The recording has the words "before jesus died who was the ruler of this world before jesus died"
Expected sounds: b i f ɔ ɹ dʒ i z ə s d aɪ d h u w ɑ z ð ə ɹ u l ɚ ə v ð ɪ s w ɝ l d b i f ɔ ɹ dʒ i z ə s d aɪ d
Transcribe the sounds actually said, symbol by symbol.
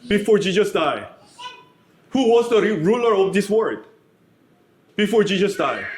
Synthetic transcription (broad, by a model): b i f ɔ ɹ dʒ i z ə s d aɪ h u w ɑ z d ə ɹ u l ɚ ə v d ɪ s w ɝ d b i f ɔ ɹ dʒ i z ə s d aɪ